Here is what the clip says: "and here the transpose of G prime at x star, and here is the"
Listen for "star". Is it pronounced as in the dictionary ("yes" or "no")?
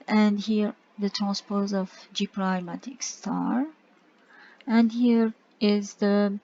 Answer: yes